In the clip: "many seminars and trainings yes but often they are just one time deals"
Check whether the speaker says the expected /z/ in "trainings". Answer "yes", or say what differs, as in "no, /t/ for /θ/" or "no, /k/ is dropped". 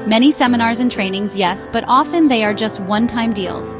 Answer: yes